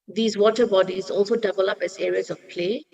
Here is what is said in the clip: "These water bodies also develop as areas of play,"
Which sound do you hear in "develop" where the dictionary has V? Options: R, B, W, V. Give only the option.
B